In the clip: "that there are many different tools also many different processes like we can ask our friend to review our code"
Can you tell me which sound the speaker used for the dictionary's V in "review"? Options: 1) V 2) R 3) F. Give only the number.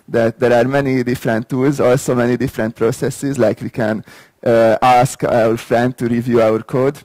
1